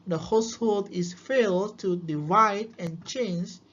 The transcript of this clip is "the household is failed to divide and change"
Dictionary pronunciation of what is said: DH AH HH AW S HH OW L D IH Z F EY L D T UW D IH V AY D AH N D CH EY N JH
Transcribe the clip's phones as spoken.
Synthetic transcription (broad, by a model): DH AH HH AW S HH OW L D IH S F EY L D T UW D IH V AY D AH N CH EY N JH